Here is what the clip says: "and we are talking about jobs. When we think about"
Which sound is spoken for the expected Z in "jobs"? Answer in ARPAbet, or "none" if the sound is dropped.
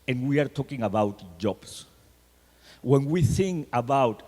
S